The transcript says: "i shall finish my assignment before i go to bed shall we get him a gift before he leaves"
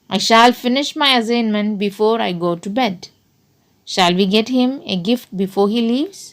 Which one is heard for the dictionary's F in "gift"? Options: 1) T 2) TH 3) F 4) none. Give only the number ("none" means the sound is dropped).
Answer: 3